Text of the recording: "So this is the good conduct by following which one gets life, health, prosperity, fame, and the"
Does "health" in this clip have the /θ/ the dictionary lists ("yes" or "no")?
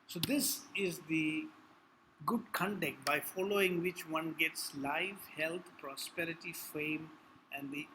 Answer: no